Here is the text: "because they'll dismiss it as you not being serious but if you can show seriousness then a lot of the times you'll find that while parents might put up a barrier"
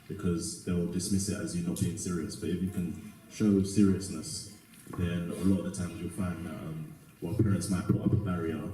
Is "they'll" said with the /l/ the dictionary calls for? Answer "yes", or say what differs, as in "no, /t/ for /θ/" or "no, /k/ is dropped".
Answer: yes